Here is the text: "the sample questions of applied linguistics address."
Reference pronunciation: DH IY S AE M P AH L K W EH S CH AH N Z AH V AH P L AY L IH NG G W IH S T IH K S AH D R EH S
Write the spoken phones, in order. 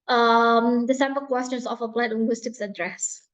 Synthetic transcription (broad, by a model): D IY S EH M B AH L K W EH S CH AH N S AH F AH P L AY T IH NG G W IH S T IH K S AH D R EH S